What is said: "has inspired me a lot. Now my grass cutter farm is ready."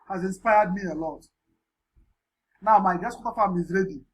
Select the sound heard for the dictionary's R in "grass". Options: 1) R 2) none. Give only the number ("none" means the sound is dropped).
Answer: 2